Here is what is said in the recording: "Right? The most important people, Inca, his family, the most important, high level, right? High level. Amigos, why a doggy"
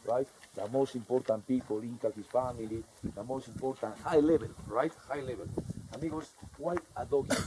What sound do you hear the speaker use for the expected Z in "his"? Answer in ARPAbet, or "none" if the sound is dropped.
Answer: S